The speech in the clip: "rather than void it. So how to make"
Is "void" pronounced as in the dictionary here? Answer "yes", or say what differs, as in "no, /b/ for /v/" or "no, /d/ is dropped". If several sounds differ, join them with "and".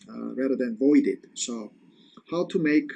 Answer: yes